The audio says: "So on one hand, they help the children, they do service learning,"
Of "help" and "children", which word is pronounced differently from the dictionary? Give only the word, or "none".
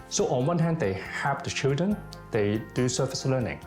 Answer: help